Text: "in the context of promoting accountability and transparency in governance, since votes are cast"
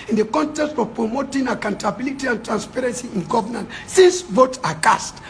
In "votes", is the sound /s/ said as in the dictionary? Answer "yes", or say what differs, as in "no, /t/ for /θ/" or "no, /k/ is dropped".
no, /s/ is dropped